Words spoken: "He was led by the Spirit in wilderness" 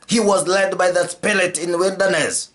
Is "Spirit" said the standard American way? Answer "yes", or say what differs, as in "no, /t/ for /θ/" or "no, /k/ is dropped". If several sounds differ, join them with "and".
no, /l/ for /ɹ/